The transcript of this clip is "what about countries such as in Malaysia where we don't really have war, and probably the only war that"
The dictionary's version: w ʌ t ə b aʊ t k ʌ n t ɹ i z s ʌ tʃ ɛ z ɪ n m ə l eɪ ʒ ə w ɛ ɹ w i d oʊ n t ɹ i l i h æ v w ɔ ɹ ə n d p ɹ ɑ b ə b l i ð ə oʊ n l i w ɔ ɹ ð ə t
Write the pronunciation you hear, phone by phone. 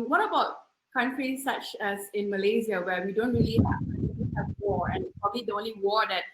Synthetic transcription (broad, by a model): w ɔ t ə b aʊ t k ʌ n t ɹ i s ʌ tʃ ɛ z ɪ n m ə l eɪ z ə w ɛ w i d oʊ n t ɹ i l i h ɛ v w ɔ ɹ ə n p ɹ ɑ b ə b l i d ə oʊ n l i w ɔ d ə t